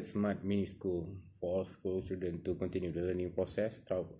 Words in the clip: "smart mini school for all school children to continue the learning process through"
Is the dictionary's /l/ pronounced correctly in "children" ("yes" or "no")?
no